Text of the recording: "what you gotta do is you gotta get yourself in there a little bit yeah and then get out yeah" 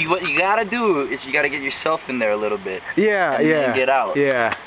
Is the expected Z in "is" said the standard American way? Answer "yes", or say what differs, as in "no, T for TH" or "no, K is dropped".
yes